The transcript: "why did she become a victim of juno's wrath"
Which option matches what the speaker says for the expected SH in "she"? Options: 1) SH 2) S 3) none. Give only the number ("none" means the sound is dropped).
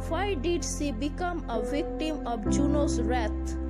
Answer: 2